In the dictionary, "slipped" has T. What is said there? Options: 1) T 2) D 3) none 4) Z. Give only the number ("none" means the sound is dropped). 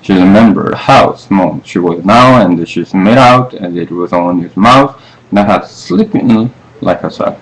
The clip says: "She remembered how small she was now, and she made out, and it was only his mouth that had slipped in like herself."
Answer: 3